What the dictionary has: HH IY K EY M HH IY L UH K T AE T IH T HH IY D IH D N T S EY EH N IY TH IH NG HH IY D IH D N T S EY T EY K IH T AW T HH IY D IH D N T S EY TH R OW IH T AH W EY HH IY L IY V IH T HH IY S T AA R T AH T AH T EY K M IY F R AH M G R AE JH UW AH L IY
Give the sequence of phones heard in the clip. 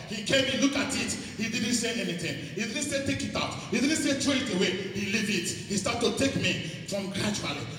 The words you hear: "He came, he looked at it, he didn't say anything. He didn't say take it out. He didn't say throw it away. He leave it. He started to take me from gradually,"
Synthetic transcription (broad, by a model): HH IY K EY M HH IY L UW K AA T IH T HH IY D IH D N T S EY EH N IY TH IH NG HH IY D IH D N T S EY T EY K IH T AW T HH IY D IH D N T S EY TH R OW IH T AH W EY HH IY L IY V IH T HH IY S T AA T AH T T EY K M IY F R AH M G R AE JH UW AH L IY